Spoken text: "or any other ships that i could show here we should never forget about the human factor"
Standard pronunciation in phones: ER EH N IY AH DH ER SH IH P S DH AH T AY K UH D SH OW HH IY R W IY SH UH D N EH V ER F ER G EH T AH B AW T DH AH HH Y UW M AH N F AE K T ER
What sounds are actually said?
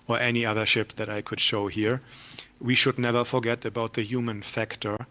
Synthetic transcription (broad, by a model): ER EH N IY AH DH ER SH IH P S DH AH T AY K UH D SH OW HH IY R W IY SH UH D N EH V ER F ER G EH T AH B AW T DH AH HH Y UW M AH N F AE K T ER